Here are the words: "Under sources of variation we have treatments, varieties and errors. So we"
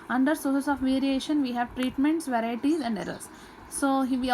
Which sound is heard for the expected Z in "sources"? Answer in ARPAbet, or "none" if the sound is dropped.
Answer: S